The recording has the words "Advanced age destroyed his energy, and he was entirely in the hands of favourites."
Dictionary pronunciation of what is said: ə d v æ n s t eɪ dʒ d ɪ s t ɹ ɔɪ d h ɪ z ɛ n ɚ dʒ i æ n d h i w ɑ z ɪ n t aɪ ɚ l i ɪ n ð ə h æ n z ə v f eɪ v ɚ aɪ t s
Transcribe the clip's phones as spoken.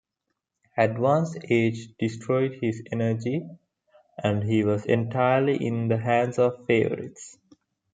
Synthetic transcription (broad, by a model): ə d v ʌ n s eɪ dʒ d ɪ s t ɹ ɔɪ d h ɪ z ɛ n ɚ dʒ i æ n d h i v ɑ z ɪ n t aɪ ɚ l i ɪ n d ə h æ n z ə v f eɪ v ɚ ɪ t s